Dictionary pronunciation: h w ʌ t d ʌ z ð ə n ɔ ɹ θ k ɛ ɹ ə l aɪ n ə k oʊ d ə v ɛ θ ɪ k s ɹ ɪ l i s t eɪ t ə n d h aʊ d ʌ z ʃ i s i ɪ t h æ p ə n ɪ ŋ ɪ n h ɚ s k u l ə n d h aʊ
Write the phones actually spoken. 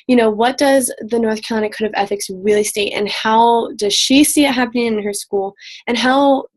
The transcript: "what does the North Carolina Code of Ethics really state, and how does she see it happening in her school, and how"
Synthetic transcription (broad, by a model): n w ʌ t d ʌ z ð ə n ɔ ɹ θ k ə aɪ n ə k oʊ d ə v ɛ θ ɪ k s ɹ ɪ l i s t eɪ t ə n h aʊ d ʌ z ʃ i s i ɪ t h æ p ə n ɪ ŋ ɪ n ɚ s k u l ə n h aʊ